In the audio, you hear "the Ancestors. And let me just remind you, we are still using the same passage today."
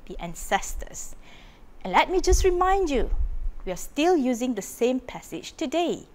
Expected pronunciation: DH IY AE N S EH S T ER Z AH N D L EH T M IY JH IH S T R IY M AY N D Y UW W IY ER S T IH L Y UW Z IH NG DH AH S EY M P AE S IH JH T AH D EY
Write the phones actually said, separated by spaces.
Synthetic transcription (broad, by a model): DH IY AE N S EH S T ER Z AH N L EH T M IY JH IH S T R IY M AY N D Y UW W IY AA S T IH L Y UW Z IH NG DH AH S EY M P AE S IH JH T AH D EY